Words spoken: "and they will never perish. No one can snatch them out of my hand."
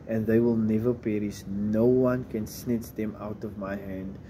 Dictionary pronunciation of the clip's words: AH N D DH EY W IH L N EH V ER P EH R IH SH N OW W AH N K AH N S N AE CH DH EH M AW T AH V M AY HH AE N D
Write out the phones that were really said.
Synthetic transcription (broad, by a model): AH N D DH EY W IH L N EH V ER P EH R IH S N OW W AH N K AH N S N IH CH DH EH M AW T AH V M AY HH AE N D